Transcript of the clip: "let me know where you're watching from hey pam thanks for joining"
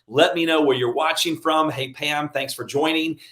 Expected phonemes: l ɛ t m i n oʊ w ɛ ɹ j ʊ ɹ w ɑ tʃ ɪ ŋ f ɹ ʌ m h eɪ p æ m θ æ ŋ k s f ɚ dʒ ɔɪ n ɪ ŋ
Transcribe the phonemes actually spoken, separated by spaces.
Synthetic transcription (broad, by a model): l ɛ t m i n oʊ w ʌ ɹ j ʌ ɹ w ɑ tʃ ɪ ŋ f ɹ ʌ m h eɪ p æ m θ æ ŋ k s f ɚ dʒ ɔɪ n ɪ ŋ